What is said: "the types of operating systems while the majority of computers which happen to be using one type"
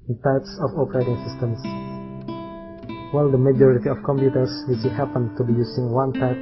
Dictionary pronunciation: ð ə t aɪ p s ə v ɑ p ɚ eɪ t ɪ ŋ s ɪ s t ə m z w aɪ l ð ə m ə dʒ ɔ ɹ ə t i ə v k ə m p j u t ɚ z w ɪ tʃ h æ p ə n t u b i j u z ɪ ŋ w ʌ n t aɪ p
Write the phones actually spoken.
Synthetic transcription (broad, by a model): t aɪ p s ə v ɑ p ɚ eɪ t ɪ ŋ s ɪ s t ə m s w aɪ l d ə m ə dʒ ɔ ɹ ə t i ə f k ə m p j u t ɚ s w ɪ s h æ p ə n t u b i j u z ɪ ŋ w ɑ n t aɪ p